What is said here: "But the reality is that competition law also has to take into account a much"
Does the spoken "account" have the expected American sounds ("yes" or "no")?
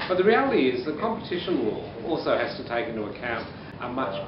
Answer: yes